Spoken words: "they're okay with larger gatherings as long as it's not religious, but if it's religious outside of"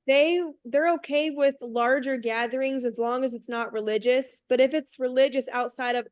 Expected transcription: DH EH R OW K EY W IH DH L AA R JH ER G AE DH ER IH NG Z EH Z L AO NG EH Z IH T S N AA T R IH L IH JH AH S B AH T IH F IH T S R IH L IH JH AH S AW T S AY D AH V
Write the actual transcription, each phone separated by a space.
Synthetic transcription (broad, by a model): DH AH R OW K EY W IH DH L AA R JH ER G AE DH ER IH NG Z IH Z L AO NG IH Z IH T S N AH T R IH L IH JH AH S B AH T IH F IH T S R IH L IH JH AH S AW T S AY D AH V